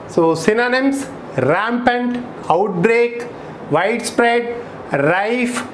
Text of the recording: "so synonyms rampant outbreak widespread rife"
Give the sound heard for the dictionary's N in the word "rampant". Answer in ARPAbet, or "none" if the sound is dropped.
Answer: N